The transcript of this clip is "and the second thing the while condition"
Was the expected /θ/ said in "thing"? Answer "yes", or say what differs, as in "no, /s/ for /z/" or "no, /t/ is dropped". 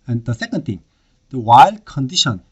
no, /t/ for /θ/